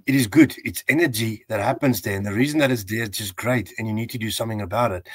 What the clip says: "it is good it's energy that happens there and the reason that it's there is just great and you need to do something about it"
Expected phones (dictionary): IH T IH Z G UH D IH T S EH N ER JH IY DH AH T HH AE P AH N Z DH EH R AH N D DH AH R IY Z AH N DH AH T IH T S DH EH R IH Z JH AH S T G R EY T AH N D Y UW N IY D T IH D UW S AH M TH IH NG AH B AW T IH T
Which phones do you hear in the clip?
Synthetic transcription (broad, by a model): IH T IH Z G UH D IH T S EH N ER JH IY DH AH T HH AE P AH N Z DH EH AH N DH AH R IY Z AH N DH AH T IH T S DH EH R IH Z JH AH S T G R EY T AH N Y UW N IY D T IH D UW S AH M TH IH NG AH B AW T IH T